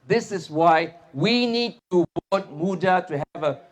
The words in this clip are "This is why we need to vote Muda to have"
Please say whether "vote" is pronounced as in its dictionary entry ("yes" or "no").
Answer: no